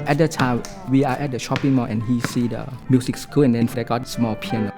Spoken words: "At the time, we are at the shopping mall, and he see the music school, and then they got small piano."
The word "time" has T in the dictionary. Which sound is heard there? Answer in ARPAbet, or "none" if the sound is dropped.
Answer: T